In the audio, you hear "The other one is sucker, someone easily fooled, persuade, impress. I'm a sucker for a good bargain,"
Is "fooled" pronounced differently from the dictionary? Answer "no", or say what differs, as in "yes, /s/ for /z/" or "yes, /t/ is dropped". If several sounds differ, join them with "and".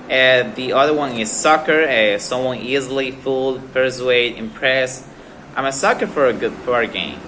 no